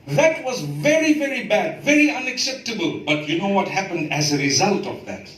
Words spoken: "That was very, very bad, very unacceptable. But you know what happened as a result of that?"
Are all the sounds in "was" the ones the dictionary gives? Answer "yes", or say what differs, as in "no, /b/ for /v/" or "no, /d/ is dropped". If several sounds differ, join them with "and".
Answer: yes